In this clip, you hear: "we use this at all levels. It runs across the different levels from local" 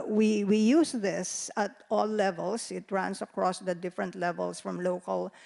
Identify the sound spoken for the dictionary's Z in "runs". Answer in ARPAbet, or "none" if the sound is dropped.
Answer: S